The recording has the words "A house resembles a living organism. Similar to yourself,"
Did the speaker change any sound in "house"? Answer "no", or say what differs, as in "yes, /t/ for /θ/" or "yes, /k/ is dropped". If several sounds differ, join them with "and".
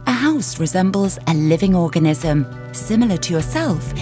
no